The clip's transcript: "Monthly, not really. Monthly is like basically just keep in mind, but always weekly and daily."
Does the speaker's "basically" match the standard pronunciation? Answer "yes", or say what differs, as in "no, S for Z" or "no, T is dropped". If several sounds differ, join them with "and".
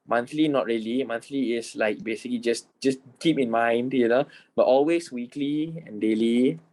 yes